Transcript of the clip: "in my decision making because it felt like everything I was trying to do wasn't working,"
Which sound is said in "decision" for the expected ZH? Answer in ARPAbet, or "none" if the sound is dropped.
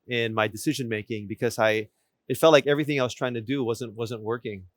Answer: ZH